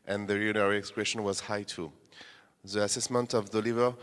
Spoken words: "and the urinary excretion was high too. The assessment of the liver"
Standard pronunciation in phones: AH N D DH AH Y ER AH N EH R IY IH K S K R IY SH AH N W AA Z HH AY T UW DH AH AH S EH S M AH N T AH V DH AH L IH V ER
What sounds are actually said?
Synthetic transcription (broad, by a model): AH N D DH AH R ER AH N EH R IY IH K S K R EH SH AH N W AA Z HH AY T UW DH AH AH S EH S M AH N T AH V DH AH L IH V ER